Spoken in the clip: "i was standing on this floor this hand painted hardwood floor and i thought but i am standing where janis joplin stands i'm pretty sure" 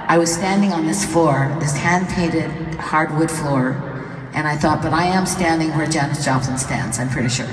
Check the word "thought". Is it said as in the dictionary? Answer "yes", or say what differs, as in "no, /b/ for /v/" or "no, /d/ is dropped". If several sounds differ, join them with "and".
yes